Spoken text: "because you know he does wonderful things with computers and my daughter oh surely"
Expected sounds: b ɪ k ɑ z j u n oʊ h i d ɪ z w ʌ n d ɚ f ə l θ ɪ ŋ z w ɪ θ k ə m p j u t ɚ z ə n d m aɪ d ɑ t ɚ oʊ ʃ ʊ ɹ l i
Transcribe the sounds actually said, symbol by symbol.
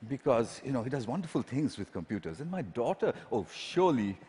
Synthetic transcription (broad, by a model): b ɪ k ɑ z j u n oʊ h i d ɪ z w ʌ n d ɚ f ə l t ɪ ŋ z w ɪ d k ə m p j u t ɚ z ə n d m aɪ d ɑ t ɚ oʊ ʃ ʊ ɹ l i